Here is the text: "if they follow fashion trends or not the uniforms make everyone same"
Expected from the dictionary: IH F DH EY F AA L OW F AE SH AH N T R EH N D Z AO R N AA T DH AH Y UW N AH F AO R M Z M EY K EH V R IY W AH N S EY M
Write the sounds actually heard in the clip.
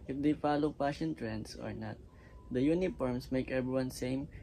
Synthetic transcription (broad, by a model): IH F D EY F AA L OW P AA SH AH N T R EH N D S AO R N AA T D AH Y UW N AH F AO R M S M EY K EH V R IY W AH N S EY M